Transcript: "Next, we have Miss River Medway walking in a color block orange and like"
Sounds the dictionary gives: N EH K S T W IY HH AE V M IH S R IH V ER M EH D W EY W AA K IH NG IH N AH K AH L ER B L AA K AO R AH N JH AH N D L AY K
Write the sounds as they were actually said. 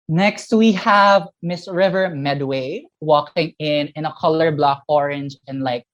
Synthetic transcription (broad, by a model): N EH K S T W IY HH AE V M IH S R IH V ER M EH D W EY W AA K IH NG IH N AH K AH L ER B L AA K AO R AH N JH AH N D L AY K